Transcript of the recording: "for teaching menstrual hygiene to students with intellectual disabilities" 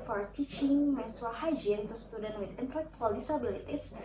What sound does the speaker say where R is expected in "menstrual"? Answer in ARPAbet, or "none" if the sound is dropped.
none